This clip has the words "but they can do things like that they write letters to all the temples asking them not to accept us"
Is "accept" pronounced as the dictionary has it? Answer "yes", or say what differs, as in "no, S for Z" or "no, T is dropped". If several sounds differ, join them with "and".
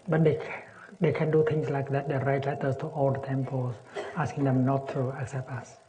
yes